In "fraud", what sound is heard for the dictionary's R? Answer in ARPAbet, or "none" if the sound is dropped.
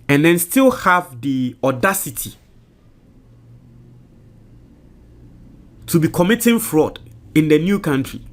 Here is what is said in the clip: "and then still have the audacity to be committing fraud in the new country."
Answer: R